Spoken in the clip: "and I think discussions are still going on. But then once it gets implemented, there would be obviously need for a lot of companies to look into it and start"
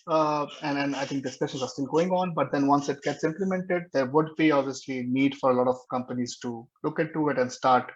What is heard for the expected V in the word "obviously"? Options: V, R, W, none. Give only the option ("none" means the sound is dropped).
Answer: V